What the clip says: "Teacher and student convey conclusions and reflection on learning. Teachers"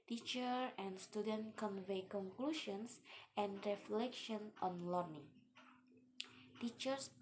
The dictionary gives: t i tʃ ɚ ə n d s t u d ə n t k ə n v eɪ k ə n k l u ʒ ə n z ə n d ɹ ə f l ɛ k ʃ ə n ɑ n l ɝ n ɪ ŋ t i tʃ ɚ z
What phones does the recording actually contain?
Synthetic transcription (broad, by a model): t i tʃ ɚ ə n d s t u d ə n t k ə n v eɪ k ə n k l u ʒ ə n s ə n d ɹ ə f l ɛ k ʃ ə n ɑ n l ɝ n ɪ ŋ t i tʃ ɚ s